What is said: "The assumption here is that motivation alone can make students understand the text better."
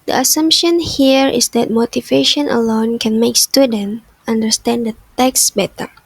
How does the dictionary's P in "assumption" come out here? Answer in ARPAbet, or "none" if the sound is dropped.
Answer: P